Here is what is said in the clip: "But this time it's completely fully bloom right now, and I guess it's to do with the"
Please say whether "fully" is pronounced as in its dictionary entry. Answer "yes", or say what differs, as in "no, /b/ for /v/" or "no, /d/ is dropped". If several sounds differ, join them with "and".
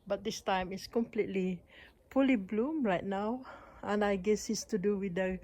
no, /p/ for /f/